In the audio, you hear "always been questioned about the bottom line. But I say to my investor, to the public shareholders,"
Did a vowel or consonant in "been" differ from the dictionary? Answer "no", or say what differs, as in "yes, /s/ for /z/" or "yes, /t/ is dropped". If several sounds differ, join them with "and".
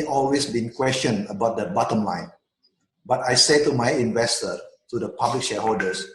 no